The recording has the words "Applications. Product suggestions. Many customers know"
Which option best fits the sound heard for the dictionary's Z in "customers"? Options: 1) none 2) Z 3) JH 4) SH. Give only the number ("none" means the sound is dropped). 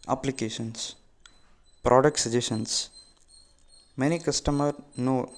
1